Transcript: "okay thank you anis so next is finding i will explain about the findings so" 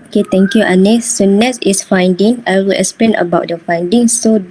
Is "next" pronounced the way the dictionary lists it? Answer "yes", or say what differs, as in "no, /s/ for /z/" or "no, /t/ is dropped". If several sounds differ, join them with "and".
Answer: no, /k/ is dropped